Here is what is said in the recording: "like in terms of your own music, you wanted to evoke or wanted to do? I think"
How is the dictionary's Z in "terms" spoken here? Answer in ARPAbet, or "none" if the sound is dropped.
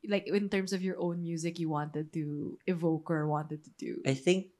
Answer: S